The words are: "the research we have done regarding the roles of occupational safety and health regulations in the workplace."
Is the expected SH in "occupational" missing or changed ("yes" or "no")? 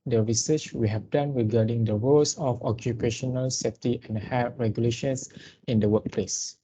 no